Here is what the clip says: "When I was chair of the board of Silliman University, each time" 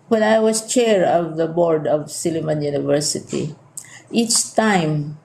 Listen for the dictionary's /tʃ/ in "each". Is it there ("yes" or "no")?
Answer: yes